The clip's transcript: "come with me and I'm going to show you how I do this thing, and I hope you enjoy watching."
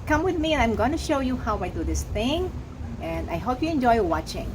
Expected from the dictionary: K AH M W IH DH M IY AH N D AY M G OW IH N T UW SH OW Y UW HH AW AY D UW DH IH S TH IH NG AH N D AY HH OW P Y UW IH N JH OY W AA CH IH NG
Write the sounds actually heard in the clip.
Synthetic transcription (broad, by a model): K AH M W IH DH M IY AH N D AY M G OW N T UW SH OW Y UW HH AW AY D UW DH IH S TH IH NG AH N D AY HH OW P Y UW IH N JH OY W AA CH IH NG